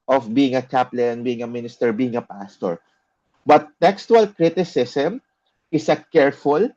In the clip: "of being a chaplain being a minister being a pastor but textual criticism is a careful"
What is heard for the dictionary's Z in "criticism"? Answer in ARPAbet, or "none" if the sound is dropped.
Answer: S